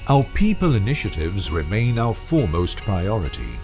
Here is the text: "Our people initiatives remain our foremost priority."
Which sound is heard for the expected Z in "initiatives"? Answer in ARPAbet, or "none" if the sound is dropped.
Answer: Z